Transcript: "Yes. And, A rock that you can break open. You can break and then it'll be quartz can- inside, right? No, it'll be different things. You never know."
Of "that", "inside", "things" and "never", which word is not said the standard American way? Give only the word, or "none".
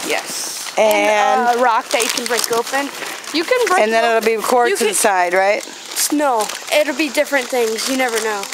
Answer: none